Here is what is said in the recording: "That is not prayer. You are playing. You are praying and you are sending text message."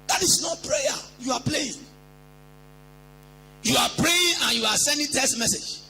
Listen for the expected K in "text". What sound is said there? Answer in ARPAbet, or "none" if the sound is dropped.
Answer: none